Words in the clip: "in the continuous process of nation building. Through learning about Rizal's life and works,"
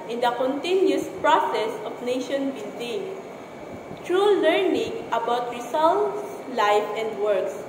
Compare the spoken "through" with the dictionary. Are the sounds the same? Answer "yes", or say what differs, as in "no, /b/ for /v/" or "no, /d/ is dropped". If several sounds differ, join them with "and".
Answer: no, /t/ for /θ/